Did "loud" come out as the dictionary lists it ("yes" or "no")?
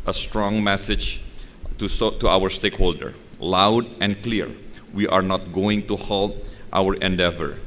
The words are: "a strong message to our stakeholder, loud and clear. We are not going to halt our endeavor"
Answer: yes